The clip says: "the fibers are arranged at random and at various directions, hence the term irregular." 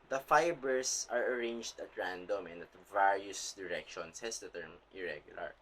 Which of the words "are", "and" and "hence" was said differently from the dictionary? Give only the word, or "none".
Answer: hence